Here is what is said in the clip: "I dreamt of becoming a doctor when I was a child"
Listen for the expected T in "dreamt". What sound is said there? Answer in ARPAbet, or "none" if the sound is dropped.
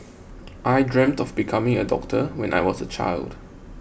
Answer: T